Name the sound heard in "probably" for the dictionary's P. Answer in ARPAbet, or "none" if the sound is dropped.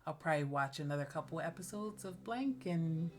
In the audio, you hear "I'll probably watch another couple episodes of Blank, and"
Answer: P